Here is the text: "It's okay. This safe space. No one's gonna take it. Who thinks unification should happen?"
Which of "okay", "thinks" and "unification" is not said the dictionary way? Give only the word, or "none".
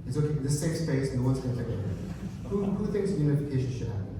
thinks